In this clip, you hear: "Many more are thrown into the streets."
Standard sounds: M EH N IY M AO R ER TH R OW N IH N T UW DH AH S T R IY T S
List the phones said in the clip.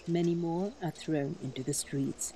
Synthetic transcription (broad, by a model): M EH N IY M AO R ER TH R OW N IH N T UW DH AH S T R IY T S